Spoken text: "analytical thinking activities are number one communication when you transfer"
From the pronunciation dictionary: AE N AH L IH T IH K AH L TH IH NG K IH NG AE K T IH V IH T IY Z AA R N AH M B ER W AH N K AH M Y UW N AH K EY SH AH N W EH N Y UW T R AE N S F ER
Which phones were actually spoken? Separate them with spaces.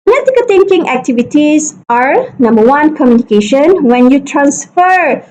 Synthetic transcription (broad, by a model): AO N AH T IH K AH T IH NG K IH NG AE K T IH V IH T IY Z AA R N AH M B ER W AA N K AH M Y UW N AH K EY SH AH N W EH N Y UW T R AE N S F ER